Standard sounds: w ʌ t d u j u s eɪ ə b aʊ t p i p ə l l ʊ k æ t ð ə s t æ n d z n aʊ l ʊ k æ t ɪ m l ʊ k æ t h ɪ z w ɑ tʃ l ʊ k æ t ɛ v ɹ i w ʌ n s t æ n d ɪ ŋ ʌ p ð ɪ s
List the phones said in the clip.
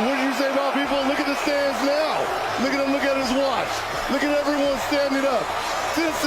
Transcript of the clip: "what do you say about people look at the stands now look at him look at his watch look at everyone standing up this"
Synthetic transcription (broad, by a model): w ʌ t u s eɪ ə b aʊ p i p l l ʊ k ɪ t ð ə s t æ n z n aʊ l ʊ k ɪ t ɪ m l ʊ k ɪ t h ɪ z w ɑ tʃ l ʊ k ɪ t ɛ v ɹ i w ʌ n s t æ n d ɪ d ʌ p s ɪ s